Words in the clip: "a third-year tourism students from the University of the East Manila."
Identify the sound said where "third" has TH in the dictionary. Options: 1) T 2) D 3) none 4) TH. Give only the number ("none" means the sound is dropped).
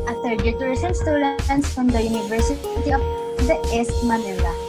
1